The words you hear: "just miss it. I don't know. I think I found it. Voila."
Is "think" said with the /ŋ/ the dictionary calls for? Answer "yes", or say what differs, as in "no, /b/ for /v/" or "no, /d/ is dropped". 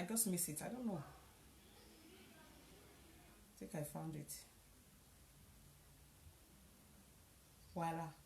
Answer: no, /ŋ/ is dropped